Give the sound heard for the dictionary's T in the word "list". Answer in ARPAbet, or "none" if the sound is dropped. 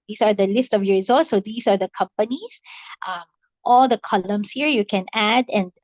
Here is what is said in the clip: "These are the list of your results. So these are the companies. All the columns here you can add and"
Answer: T